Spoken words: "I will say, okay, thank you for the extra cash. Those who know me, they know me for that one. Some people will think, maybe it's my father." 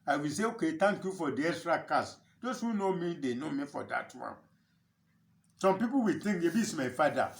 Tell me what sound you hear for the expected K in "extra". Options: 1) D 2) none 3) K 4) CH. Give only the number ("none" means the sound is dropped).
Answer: 2